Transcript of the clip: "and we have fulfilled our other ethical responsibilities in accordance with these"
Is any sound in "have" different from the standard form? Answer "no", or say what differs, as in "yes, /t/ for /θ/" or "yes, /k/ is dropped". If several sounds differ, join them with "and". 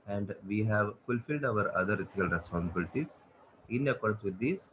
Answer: no